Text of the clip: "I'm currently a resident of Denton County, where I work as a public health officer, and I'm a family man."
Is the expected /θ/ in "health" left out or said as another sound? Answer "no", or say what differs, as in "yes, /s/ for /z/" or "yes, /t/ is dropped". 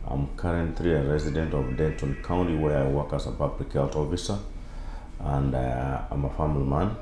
yes, /t/ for /θ/